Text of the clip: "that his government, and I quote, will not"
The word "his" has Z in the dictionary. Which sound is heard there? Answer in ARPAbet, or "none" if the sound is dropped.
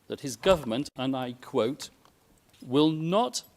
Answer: Z